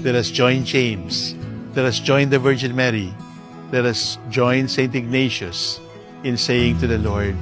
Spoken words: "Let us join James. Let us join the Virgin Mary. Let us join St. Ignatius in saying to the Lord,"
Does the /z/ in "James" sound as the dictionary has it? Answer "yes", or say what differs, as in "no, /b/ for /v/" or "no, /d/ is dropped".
no, /s/ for /z/